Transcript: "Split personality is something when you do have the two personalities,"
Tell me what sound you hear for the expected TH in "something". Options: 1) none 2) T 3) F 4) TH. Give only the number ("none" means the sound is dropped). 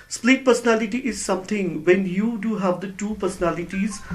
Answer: 2